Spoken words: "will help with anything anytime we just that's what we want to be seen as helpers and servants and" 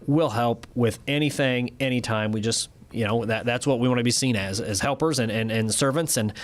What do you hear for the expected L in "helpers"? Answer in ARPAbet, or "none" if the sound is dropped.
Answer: L